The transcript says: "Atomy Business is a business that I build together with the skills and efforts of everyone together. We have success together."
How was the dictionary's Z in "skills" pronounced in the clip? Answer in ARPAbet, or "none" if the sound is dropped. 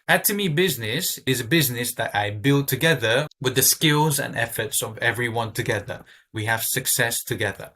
Z